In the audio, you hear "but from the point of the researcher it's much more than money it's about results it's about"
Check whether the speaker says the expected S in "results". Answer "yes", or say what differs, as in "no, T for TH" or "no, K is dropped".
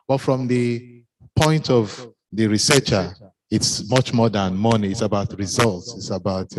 yes